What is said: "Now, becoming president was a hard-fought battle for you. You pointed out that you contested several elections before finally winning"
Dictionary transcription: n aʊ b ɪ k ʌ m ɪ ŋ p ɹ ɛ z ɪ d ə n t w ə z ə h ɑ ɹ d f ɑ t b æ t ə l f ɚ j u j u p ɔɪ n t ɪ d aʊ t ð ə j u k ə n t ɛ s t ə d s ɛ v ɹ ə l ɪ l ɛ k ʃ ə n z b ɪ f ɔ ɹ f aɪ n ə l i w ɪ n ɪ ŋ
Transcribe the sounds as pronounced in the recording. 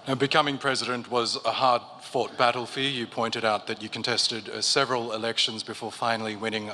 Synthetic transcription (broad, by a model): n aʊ b ɪ k ʌ m ɪ ŋ p ɹ ɛ z ɪ d ə n t w ə z ə h ɑ ɹ d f ɑ t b æ t l f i j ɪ p ɔɪ n t ɪ d aʊ t ð ə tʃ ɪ k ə n t ɛ s t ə d s ɛ v ɹ ə l ɪ l ɛ k ʃ ə n z b ɪ f ɔ ɹ f aɪ n l i w ɪ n ɪ ŋ